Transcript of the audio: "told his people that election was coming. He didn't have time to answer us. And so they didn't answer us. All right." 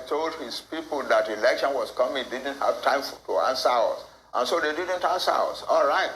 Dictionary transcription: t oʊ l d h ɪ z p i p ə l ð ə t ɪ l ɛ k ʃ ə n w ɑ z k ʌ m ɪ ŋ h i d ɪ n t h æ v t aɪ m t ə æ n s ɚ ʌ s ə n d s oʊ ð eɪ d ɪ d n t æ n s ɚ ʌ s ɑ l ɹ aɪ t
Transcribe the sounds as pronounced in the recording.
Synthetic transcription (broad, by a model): t oʊ l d h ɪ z p i p ə l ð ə t ɪ l ɛ k ʃ ə n w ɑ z k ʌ m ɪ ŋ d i d n t h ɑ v t aɪ m t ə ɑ n s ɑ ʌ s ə n s oʊ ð eɪ d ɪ d n t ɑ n s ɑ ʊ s ɑ l ɹ aɪ t